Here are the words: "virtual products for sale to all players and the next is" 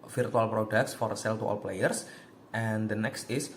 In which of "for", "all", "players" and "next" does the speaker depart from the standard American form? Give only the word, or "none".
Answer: players